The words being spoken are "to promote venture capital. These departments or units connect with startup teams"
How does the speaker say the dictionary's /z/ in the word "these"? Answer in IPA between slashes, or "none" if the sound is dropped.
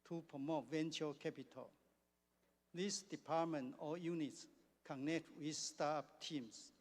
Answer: /s/